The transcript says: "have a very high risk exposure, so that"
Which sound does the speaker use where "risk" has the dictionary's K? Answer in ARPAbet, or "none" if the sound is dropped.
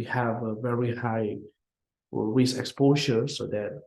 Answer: none